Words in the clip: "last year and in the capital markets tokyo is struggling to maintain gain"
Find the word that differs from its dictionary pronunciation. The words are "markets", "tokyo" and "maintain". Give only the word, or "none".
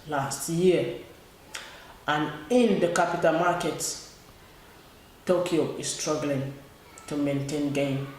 markets